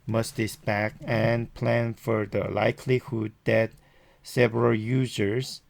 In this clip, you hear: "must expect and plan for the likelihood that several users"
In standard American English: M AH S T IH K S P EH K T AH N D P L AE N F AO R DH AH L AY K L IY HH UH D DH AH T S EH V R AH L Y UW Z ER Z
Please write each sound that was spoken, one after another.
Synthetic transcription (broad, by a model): M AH S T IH S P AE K AH N P L AE N F AO R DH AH L AY K L IY HH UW D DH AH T S EH V R AH L Y UW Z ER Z